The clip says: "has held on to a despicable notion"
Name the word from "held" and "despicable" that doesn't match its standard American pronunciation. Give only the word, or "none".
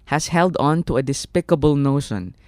none